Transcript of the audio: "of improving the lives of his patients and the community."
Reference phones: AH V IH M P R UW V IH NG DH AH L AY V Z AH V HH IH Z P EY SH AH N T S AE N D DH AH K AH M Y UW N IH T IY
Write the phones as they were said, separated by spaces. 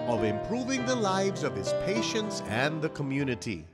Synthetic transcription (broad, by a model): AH V IH M P R UW V IH NG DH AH L AY V Z AH V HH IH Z P EY SH AH N T S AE N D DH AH K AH M Y UW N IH T IY